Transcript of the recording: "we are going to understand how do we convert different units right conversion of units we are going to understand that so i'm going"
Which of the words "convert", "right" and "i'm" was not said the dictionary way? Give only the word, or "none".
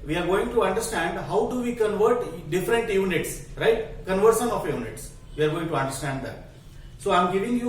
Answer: none